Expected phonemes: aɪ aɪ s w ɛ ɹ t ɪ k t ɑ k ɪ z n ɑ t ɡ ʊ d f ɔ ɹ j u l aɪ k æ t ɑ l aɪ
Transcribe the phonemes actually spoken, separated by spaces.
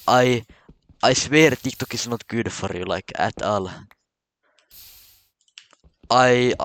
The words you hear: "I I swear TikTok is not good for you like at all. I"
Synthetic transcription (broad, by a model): aɪ aɪ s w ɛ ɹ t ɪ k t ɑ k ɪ s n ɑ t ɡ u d f ɔ ɹ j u l aɪ k æ t ɑ l aɪ